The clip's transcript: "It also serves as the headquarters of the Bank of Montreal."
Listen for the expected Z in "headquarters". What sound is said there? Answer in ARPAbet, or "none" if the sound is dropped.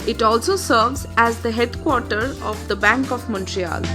none